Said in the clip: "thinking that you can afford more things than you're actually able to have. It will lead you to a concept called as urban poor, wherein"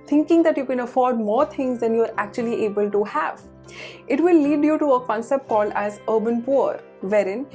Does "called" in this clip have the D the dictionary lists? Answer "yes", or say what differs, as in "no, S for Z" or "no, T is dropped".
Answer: no, D is dropped